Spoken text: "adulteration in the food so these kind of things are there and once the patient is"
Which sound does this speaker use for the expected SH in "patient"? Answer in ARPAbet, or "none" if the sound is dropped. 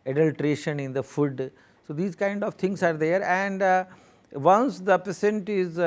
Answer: S